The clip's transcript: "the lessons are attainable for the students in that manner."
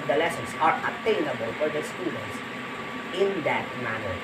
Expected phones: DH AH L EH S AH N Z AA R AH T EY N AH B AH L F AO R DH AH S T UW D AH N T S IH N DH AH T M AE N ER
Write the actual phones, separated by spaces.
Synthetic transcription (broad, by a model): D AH L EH S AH N S AA R AH T EY N AH B AH L F AO R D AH S T UW D AH N T S IH N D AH T M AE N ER